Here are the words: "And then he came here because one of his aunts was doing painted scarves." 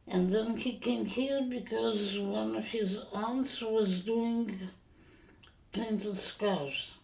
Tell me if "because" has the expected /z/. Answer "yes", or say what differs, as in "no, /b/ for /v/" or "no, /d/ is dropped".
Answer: yes